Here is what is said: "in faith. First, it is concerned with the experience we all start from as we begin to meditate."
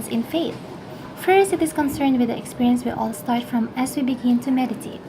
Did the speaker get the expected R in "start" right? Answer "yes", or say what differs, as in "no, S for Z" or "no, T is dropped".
yes